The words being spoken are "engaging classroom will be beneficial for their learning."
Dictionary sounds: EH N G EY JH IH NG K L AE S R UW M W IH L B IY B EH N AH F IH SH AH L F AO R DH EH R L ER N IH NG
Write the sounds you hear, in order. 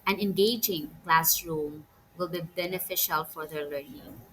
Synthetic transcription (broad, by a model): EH N G EY JH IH NG K L AE S R UW M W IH L B IY B EH N AH F IH SH AH L F AO R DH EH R L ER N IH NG